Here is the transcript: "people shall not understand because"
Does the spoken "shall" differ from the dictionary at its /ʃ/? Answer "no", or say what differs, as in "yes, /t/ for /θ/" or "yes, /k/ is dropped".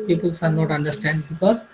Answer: yes, /s/ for /ʃ/